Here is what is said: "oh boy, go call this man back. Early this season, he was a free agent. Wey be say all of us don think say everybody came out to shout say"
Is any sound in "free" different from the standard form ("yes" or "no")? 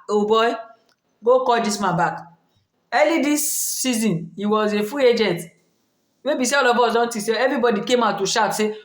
yes